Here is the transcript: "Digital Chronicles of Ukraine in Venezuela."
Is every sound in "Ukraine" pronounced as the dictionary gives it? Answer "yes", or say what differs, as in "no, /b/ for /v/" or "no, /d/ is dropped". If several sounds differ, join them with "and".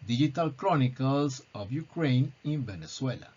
yes